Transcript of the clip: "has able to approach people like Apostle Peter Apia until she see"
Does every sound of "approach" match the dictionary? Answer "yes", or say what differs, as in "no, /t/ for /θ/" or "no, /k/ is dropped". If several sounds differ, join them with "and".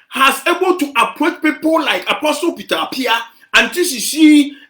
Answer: no, /ɹ/ is dropped